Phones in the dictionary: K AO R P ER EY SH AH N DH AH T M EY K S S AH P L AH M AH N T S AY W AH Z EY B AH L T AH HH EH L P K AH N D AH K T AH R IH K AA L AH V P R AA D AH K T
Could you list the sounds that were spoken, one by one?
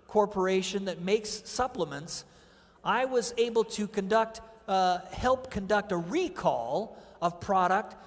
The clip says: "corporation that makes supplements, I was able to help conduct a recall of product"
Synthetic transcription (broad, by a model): K AO R P ER EY SH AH N DH AH T M EY K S S AH P L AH M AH N T S AY W AH Z EY B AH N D AH HH EH L P K AH N D AH K T AH R IH K AA L AH V P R AA D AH K T